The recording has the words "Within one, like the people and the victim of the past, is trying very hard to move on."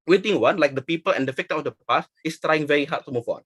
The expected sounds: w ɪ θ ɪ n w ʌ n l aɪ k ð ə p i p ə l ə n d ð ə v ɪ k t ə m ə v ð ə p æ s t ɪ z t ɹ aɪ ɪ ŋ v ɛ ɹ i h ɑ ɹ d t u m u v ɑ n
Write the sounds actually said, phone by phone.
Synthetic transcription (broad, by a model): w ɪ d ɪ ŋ w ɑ n l aɪ k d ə p i p ə l ə n d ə f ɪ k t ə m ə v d ə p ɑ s ɪ s t ɹ aɪ ɪ ŋ v ɛ ɹ i h ɑ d t u m u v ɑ n